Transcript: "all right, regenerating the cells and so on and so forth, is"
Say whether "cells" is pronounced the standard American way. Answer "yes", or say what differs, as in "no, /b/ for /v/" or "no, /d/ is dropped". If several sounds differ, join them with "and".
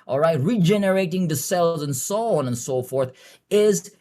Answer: yes